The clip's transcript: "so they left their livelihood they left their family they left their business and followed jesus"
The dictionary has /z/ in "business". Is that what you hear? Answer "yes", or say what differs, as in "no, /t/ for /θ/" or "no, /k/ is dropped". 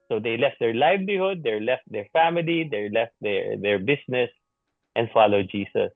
no, /s/ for /z/